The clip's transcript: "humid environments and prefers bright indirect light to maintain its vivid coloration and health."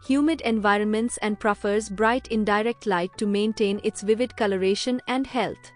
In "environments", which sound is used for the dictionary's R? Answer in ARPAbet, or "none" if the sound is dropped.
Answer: R